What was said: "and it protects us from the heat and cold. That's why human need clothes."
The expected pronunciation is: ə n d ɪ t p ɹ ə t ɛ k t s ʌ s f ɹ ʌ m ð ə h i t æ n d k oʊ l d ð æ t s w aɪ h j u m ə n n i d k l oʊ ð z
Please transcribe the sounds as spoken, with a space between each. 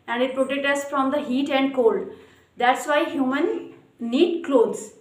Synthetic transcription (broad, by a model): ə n d ɪ t p ɹ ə t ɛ k t ʌ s f ɹ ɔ m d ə h i t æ n d k oʊ l d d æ t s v aɪ h j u m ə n n i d k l oʊ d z